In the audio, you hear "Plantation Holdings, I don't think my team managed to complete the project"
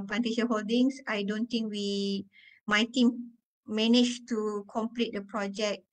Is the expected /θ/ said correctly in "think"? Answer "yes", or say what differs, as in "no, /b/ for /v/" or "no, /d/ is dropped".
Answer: no, /t/ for /θ/